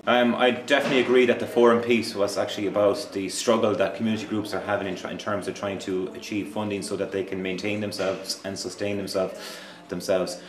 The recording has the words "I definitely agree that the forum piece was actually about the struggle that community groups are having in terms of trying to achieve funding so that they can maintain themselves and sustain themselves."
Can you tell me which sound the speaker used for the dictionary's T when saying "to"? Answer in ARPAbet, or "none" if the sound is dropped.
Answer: T